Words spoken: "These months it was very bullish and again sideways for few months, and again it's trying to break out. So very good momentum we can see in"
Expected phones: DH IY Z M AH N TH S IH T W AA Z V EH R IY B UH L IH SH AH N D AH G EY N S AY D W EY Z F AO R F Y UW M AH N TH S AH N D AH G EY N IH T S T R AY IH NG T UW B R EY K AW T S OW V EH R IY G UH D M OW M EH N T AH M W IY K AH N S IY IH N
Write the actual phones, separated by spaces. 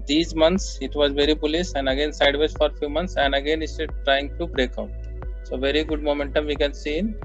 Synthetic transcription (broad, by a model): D IY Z M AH N T S IH T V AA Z V EH R IY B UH L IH S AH N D AH G EY N S AY D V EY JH F AO R F Y UW M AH N T S AH N D AH G EY N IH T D T R AY IH NG T UW B R EY K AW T S OW V EH R IY G UH D M OW M EH N T AH M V IY K AH N S IY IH N